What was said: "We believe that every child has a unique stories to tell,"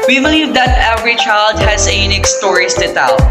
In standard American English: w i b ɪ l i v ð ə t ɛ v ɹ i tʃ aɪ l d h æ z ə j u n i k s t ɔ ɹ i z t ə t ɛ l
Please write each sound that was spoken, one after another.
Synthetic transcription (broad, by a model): w i b ɪ l i v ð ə t ɛ v ɹ i tʃ aɪ l d h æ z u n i k s t ɔ ɹ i s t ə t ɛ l